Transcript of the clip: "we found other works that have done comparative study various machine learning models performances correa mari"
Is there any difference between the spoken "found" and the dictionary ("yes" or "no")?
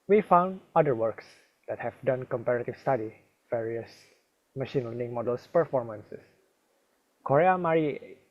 no